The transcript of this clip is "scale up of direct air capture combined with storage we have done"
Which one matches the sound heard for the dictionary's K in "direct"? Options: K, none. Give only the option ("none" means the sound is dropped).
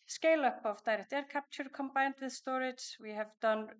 none